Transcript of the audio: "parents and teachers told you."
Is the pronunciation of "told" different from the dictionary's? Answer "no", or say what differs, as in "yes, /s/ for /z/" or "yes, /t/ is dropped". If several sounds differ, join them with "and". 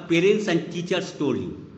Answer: yes, /l/ is dropped